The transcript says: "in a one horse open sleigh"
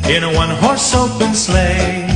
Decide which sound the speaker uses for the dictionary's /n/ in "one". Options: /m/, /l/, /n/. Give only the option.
/n/